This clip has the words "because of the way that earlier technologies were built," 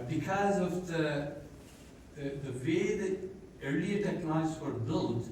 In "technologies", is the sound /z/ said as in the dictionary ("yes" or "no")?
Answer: no